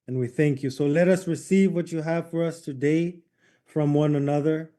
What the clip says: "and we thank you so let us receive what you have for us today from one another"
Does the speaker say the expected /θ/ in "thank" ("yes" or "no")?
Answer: yes